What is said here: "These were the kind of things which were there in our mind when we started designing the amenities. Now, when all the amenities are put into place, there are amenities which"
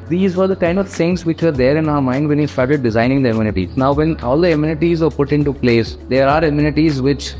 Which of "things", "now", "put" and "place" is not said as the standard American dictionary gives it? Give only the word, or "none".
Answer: things